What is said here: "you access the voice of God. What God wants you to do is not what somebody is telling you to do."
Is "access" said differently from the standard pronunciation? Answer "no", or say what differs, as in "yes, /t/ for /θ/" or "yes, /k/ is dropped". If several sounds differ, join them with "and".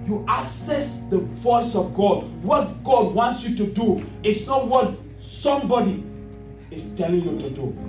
yes, /k/ is dropped